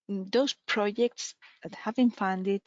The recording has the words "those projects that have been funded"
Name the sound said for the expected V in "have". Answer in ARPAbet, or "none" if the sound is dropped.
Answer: V